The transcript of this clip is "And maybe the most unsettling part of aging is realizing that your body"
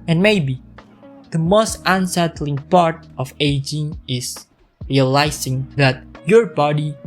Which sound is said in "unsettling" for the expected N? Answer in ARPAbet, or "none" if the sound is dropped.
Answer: N